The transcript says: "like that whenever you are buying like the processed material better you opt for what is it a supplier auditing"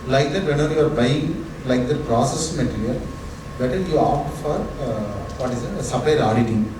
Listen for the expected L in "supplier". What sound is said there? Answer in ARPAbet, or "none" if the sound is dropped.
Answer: none